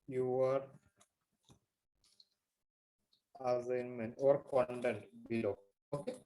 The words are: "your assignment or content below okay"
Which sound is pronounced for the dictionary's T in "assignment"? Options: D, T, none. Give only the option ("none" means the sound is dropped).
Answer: none